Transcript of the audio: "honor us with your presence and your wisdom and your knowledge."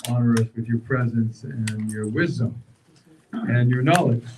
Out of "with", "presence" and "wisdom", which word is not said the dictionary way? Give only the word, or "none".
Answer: none